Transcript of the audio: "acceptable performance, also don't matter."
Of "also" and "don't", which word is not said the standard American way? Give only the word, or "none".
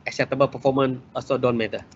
also